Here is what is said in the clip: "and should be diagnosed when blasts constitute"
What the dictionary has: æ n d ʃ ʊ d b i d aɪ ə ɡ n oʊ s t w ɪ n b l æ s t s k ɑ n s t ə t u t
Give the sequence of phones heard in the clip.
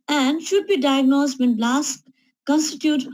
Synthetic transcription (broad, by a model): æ n d ʃ ʊ d b i d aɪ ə ɡ n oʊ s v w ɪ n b l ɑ s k k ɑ n s t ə t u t